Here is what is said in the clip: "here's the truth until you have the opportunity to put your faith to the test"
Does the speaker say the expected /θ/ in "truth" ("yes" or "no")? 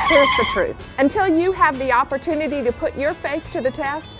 yes